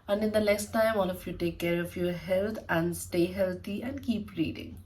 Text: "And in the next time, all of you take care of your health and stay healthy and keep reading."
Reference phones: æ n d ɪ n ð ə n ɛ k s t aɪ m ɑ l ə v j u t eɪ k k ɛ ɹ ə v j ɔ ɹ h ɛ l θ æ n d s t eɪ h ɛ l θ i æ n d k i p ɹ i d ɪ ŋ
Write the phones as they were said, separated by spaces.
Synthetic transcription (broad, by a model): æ n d ɪ n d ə n ɛ k s t aɪ m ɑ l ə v j u t eɪ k k ɛ ɹ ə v j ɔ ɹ h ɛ l t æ n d s t eɪ h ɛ l t i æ n d k i p ɹ i d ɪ ŋ